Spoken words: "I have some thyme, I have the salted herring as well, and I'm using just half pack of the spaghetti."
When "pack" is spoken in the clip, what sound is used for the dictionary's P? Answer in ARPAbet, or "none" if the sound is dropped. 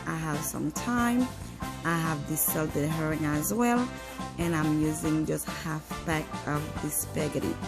B